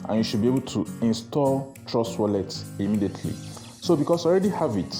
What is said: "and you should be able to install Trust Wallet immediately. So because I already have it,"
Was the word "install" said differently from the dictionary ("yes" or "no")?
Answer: no